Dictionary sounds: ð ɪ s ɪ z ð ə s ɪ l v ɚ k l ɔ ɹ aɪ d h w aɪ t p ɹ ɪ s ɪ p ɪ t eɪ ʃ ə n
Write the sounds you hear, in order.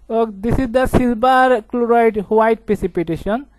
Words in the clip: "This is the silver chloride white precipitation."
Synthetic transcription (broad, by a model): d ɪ s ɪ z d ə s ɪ l b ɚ k l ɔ ɹ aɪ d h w aɪ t p ɹ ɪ s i p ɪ t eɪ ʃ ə n